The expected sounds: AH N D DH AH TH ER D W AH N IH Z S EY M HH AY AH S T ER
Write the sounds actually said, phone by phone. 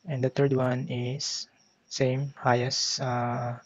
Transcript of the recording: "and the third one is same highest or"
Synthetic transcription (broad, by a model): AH N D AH T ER D W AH N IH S S EY M HH AY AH S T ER